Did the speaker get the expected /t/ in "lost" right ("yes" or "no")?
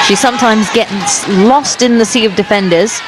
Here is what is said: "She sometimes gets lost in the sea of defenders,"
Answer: yes